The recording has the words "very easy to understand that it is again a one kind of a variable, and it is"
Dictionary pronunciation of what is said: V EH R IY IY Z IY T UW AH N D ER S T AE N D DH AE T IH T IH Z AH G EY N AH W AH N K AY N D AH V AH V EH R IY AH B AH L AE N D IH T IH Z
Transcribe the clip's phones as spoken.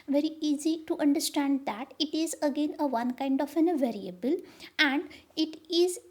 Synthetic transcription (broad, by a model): V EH R IY IY Z IY T UW AH N D ER S T AE N D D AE T IH T IH Z AH G EY N AH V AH N K AY N D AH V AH V EH R IY AH B AH L AE N D IH T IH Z